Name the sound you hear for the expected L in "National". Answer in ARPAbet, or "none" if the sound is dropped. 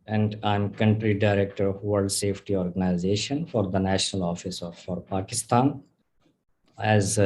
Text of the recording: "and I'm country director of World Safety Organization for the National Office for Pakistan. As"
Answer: L